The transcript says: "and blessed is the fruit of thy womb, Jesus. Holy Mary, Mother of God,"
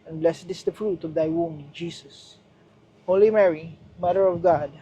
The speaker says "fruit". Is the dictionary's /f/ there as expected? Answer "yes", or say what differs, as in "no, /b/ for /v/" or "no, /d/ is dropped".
yes